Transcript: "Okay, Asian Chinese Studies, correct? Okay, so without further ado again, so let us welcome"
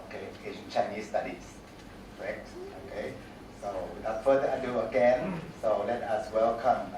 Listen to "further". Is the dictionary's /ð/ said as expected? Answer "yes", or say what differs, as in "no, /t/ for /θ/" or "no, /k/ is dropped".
no, /ð/ is dropped